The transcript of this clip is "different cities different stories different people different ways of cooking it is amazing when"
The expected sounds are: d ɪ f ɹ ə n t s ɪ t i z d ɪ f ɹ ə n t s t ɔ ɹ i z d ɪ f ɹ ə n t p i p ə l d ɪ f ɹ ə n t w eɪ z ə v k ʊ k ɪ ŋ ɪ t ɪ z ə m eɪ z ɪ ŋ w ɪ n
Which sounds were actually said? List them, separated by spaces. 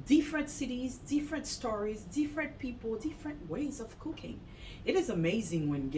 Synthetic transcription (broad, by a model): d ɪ f ɹ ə n t s ɪ t i z d ɪ f ɹ ə n t s t ɔ ɹ i z d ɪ f ɹ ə n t p i p l d ɪ f ɹ ə n t w eɪ z ə v k ʊ k ɪ ŋ ɪ t ɪ z ə m eɪ z ɪ ŋ w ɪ n